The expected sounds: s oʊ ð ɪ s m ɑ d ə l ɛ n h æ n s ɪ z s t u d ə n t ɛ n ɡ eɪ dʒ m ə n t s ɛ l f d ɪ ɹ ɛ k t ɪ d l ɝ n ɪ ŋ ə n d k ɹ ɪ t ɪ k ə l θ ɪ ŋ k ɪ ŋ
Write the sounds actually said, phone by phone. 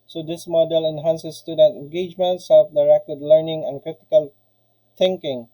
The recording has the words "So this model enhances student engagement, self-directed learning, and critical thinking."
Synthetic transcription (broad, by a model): s oʊ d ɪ s m ɑ d ə l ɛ n h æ n s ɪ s t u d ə t ɛ n ɡ eɪ dʒ m ə n t s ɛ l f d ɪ ɹ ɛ k t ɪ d l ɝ n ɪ ŋ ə n k ɹ ɪ t ɪ k ə l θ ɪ ŋ k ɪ ŋ